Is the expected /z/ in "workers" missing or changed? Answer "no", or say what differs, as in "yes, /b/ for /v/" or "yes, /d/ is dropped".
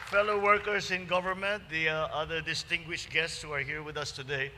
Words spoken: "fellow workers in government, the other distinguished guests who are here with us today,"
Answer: yes, /s/ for /z/